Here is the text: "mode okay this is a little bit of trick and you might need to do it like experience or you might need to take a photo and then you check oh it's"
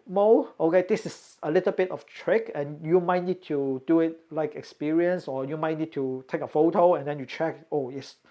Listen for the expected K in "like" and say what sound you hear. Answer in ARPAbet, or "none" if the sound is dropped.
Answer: K